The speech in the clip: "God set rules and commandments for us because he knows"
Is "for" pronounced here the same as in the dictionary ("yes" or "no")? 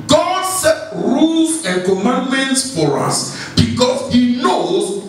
yes